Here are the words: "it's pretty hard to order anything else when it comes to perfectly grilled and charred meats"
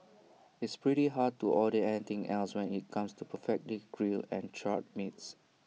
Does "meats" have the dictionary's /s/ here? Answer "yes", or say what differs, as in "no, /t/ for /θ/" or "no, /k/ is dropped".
yes